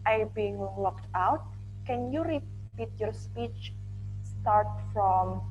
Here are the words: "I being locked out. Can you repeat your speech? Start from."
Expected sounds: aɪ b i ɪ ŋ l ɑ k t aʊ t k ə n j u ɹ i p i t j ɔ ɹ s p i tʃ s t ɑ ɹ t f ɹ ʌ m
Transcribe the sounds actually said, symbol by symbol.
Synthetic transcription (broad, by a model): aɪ b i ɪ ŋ l ɑ k t aʊ t k ə n j u ɹ i p i t j ɔ ɹ s p i tʃ s t ɑ ɹ t f ɹ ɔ m